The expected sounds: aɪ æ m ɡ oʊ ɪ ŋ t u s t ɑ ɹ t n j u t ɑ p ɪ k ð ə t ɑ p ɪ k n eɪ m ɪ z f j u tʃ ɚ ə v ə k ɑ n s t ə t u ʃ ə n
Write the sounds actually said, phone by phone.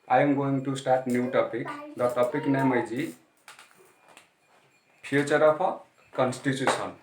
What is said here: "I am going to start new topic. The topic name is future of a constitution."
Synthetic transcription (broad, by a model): aɪ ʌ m ɡ oʊ ɪ ŋ t u s t ɑ t n j u t ɑ p ɪ k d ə t ɑ p ɪ k n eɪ m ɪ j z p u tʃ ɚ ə p ə k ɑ n s t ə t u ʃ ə n